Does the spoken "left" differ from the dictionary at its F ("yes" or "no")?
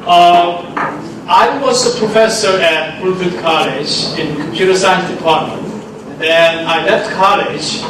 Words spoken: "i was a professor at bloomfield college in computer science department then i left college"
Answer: no